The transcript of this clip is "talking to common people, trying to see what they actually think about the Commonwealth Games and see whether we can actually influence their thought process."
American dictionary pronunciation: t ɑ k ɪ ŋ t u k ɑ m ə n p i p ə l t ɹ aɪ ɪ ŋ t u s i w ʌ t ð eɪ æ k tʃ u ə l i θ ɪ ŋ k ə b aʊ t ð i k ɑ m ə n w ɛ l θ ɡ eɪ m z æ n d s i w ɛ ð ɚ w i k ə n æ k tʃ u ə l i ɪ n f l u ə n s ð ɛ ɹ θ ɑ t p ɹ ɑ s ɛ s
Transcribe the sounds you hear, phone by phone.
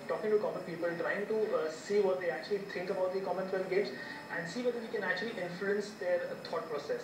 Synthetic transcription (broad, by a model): t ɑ k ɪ ŋ t u k ɑ m ə n p i p ə l t ɹ aɪ ɪ ŋ t u s i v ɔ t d eɪ æ k tʃ u ə l i t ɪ ŋ k ə b aʊ t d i k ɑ m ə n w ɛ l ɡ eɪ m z æ n d s i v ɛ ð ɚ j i k ə n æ k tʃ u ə l i ɪ n f l u ə n s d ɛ ɹ t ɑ t p ɹ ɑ s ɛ s